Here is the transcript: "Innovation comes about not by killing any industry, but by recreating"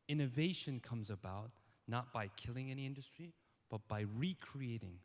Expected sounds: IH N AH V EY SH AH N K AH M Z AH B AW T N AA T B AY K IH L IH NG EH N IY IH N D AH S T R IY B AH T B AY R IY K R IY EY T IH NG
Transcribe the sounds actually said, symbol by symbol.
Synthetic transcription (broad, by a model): IH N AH V EY SH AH N K AH M Z AH B AW T N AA T B AY K IH L IH NG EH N IY IH N D AH S T R IY B AH T B AY R IY K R IY EY T IH NG